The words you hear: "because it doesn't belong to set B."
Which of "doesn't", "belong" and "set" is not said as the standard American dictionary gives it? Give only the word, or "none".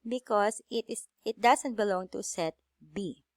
doesn't